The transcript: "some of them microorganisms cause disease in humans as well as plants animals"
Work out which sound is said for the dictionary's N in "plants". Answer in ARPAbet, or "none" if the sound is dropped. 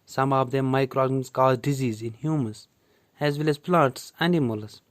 none